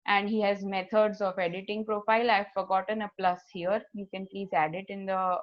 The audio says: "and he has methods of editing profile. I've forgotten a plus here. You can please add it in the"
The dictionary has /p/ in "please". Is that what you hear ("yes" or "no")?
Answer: yes